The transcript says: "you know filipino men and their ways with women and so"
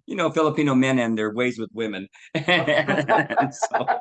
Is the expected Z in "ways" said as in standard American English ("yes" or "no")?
yes